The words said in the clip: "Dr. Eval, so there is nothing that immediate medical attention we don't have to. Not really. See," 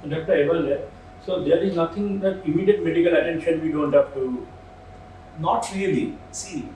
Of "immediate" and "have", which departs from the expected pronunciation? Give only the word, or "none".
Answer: have